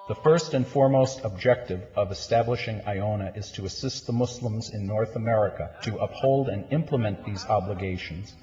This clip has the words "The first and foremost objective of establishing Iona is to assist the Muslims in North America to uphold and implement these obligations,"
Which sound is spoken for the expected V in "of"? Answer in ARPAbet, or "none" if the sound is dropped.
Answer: V